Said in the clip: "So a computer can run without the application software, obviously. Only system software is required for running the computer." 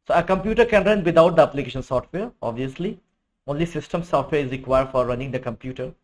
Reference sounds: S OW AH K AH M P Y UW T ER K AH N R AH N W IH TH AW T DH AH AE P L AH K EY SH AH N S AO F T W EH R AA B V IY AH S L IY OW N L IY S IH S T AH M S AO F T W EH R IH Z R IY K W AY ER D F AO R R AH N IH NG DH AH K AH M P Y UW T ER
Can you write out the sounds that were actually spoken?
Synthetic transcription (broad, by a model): S OW AH K AH M P Y UW T ER K AH N R AH N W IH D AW T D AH AE P L AH K EY SH AH N S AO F T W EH R AA B V IY AH S L IY OW N L IY S IH S T AH M S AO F T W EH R IH Z R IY K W AY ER D F AO R R AH N IH NG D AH K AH M P Y UW T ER